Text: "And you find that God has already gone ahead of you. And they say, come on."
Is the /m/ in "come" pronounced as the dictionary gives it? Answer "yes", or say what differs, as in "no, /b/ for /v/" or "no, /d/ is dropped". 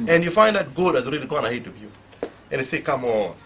yes